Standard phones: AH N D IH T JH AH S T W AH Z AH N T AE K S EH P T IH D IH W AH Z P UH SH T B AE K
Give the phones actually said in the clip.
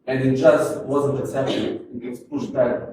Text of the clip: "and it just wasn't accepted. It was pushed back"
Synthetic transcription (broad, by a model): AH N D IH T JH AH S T W AH Z AH N T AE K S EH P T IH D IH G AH S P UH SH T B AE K